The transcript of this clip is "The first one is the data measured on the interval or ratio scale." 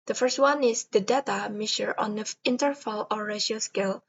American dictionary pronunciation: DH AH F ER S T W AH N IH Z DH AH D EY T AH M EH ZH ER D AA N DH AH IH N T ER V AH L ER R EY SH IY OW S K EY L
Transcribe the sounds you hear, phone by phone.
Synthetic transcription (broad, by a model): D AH F ER S T W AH N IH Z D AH D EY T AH M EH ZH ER AA N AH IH N T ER F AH L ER R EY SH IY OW S K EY L